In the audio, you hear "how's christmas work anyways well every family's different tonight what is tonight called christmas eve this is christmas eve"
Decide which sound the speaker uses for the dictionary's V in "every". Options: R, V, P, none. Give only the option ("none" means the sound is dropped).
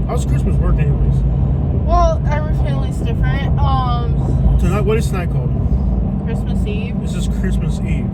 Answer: none